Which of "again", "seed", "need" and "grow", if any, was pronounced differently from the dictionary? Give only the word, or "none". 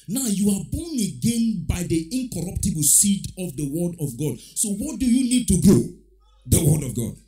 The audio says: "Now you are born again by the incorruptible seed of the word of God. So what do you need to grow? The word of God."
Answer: grow